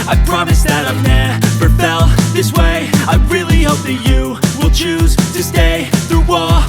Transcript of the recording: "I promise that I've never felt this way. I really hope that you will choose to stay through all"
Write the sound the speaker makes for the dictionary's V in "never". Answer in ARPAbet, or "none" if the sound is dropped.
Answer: P